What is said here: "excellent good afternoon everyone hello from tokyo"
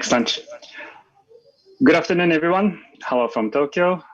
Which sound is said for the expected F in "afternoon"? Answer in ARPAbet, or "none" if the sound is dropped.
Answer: F